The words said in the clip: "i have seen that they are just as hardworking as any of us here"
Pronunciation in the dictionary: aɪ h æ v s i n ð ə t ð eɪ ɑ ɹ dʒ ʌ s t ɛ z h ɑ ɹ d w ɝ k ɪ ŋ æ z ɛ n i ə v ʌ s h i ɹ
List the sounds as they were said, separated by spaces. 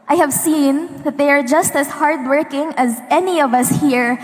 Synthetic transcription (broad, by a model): aɪ h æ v s i n ð ə t ð eɪ ɑ ɹ dʒ ʌ s t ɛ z h ɑ ɹ d w ɝ k ɪ ŋ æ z ɛ n i ə v ʌ s h i ɹ